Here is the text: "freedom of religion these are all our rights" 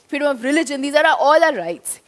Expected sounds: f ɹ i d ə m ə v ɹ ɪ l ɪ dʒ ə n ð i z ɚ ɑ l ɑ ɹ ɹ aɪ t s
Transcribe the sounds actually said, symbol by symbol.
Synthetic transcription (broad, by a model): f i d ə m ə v ɹ ɪ l ɪ dʒ ə n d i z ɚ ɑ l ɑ l ɹ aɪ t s